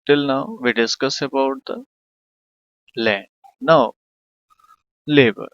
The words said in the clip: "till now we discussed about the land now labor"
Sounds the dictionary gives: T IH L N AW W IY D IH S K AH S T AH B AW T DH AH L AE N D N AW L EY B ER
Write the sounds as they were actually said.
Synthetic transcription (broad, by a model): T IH L N AW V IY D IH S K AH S AH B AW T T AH L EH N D N AW L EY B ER